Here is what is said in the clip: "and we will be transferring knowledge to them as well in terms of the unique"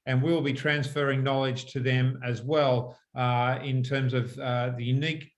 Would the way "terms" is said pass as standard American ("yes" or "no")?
yes